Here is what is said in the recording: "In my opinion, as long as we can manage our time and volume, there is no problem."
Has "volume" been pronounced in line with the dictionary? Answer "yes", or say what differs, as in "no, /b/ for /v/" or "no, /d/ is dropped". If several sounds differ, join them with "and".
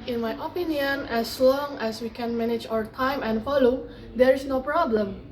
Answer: no, /f/ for /v/